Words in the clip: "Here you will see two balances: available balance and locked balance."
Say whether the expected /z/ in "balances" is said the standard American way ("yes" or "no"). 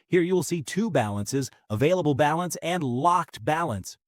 yes